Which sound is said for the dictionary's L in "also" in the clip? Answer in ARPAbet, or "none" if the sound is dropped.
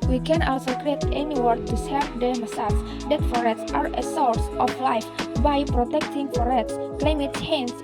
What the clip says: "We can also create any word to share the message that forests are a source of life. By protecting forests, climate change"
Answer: L